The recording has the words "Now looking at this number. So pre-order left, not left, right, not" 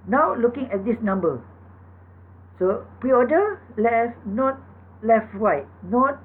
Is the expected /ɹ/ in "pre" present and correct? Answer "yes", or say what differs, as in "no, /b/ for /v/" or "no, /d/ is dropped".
yes